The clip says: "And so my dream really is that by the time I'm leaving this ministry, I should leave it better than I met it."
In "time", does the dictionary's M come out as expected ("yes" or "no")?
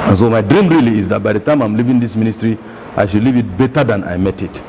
yes